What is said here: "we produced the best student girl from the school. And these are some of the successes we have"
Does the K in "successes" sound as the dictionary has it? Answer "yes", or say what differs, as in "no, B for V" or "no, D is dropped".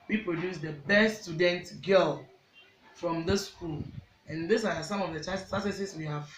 no, K is dropped